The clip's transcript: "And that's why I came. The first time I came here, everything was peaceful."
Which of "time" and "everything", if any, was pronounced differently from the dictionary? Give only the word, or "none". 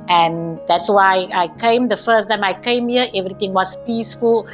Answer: everything